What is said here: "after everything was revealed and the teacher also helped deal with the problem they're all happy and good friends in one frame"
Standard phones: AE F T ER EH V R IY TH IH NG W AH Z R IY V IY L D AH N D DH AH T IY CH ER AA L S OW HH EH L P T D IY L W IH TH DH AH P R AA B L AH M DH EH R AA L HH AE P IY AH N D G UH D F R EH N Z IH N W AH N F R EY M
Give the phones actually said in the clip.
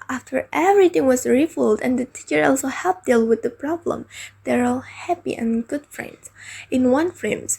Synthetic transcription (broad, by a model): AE F T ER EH V R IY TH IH NG W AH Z R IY F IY L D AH N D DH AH T IY CH ER AA L S OW HH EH L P D IY L W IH DH AH P R AA B L AH M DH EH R AA L HH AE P IY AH N G UH D F R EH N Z IH N W AH N F R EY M